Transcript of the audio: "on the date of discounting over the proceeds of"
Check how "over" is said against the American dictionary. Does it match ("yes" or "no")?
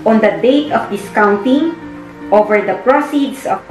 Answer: yes